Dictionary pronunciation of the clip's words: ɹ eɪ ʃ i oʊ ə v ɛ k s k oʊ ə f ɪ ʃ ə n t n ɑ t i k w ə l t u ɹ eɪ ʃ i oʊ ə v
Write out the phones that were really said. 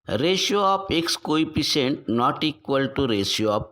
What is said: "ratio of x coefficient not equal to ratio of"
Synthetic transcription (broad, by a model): ɹ eɪ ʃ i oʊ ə p ɛ k s k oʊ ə p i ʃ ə n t n ɑ t i k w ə l t u ɹ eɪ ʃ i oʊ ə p